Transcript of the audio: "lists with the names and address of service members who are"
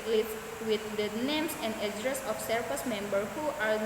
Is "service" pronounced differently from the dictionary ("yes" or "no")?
yes